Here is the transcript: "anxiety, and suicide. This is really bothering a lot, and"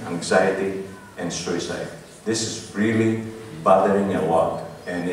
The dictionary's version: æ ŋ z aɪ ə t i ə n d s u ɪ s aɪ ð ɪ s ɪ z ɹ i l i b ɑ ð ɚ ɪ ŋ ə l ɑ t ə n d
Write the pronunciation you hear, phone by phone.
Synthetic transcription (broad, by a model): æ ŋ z aɪ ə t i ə n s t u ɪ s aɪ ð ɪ s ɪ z ɹ i l i b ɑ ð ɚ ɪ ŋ ə w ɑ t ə n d